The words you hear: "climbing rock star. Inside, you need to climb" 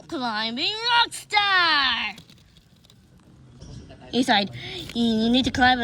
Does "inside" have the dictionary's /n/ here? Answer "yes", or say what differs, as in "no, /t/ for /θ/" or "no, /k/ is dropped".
no, /n/ is dropped